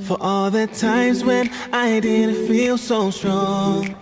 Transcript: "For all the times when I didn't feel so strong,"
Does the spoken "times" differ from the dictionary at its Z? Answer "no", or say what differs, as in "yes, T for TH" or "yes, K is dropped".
no